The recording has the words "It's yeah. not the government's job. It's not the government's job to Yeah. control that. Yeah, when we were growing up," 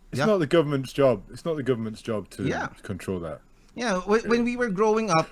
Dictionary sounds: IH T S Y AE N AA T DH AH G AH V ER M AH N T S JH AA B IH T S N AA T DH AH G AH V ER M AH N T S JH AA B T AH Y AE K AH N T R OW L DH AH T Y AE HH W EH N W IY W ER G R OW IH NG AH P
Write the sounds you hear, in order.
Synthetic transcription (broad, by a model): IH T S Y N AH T DH AH G AH V ER M AH N T S JH AA B IH T S N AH T DH AH G AH V ER M AH N T S JH AA B T AH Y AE K AH N T R OW L DH AH T Y AE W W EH N W IY W ER G R OW IH NG AH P